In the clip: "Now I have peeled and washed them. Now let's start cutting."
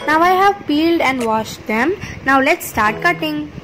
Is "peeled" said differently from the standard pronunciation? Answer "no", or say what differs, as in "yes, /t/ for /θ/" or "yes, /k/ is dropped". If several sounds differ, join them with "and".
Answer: no